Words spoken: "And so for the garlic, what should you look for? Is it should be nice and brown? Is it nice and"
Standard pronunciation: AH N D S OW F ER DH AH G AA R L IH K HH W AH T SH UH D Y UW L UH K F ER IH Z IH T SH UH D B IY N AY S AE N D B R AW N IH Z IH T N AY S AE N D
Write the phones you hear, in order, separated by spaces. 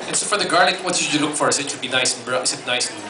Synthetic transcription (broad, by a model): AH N S OW F ER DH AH G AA R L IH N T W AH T S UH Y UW L UH K F ER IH S IH T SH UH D B IY N AY S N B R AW IH S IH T N AY S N